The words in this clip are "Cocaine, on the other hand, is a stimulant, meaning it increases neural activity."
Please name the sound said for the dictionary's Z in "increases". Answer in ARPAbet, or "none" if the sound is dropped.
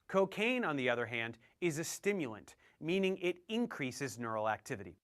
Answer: Z